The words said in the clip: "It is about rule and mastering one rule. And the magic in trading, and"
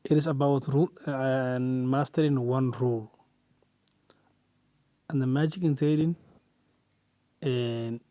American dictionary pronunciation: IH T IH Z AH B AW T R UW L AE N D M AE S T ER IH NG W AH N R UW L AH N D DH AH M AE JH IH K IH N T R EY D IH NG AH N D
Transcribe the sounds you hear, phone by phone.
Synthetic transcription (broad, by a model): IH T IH S AH B AW T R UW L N M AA S T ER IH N W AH N R UW L AH N D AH M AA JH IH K IH N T EY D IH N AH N